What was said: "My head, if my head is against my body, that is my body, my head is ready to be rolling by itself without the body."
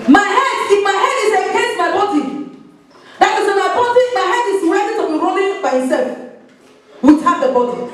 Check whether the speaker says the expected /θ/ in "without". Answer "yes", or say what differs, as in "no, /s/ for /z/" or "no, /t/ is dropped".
no, /t/ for /θ/